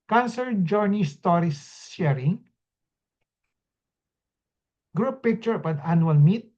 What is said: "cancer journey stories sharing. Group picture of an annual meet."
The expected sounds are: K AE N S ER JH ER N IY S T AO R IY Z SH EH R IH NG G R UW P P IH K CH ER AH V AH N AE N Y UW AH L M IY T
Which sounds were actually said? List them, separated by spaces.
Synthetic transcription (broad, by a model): K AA N S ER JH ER N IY S T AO R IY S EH R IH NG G R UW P P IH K CH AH P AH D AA N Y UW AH L M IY T